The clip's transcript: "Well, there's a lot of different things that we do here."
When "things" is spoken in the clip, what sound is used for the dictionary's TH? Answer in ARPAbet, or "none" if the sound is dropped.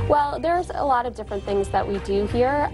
TH